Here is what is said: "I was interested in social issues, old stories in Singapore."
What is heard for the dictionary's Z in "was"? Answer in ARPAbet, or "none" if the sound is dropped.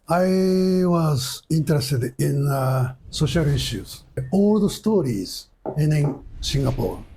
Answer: Z